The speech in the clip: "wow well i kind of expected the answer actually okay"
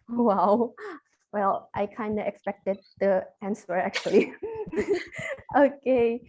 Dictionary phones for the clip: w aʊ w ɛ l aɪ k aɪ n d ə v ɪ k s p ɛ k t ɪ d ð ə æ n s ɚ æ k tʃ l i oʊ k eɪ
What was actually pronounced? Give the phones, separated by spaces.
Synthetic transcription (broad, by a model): w aʊ w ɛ l aɪ k aɪ n d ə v ɪ k s p ɛ k t ɪ d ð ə æ n s ɚ æ k tʃ l i oʊ k eɪ